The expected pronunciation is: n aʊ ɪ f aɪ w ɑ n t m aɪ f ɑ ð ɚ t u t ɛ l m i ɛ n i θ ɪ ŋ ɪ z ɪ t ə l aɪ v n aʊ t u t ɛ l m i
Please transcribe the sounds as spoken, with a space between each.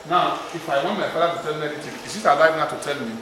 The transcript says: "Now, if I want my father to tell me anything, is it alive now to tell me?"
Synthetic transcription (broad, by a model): n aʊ ɪ f aɪ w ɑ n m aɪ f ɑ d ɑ t u t ɛ l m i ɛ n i t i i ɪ s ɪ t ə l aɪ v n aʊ t u t ɛ l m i